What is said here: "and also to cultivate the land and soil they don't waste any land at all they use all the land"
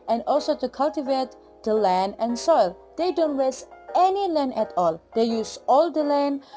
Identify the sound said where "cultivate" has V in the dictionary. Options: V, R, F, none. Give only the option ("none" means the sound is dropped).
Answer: V